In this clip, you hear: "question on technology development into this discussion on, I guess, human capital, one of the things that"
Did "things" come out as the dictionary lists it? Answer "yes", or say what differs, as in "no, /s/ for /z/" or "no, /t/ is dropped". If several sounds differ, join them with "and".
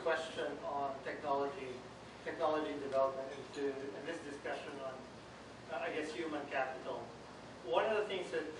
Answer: yes